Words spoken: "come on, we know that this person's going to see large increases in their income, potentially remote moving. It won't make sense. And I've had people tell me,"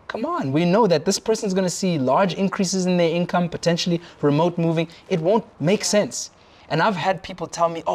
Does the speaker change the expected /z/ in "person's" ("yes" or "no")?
no